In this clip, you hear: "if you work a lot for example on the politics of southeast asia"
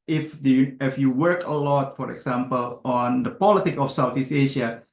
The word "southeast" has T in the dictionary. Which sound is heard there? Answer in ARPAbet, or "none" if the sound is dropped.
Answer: none